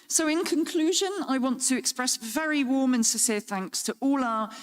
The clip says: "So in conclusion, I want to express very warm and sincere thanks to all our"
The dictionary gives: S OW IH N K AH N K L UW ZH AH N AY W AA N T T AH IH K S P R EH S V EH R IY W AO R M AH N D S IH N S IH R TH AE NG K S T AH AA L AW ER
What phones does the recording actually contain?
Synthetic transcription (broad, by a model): S OW IH N K AH N K L UW ZH AH N AY W AA N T T AH IH K S P R EH S V EH R IY W AO M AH N S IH S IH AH TH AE NG K S T AH AA L AW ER